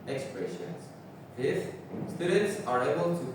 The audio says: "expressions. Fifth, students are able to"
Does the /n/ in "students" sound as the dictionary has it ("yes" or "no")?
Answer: no